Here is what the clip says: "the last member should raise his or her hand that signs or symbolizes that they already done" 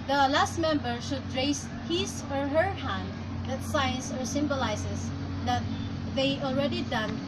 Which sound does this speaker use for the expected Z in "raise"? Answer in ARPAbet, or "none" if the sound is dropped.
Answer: S